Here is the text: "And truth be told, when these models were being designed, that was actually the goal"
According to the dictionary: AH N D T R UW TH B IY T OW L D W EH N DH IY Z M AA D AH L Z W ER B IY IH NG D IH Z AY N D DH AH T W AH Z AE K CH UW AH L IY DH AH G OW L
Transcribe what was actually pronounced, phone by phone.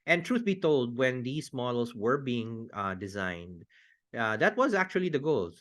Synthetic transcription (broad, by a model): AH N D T R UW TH B IY T OW L D W EH N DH IY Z M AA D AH L S W ER B IY IH NG D IH Z AY N D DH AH T W AH Z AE K CH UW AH L IY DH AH G OW L